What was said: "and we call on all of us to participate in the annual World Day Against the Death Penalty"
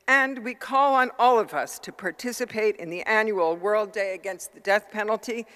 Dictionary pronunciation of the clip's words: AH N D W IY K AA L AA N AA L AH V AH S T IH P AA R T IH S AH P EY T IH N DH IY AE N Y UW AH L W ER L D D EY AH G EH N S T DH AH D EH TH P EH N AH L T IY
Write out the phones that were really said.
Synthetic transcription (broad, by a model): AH N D W IY K AA L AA N AA L AH V AH S T IH P AA R T IH S AH P EY T IH N DH IY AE N Y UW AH L W ER L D D EY AH G EH N S T DH AH D EH TH P EH N L T IY